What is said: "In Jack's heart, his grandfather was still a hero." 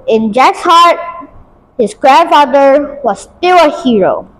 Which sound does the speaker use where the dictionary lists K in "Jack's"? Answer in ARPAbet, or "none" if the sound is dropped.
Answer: K